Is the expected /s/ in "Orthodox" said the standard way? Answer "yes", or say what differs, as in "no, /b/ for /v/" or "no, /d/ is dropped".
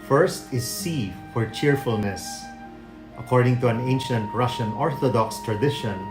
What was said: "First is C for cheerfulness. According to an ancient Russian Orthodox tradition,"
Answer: yes